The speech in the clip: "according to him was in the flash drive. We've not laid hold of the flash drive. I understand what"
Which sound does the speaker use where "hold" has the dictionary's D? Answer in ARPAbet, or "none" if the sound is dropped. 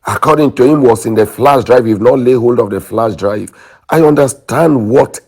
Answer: D